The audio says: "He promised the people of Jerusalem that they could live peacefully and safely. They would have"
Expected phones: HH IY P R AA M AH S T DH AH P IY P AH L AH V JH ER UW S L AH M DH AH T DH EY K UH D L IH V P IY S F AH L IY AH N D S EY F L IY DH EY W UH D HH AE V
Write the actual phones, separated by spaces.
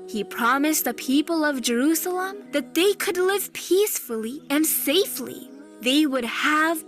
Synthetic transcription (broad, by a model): HH IY P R AA M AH S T DH AH P IY P AH L AH V JH ER UW S L AH M DH AH T DH EY K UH D L IH V P IY S F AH L IY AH N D S EY F L IY DH EY W UH D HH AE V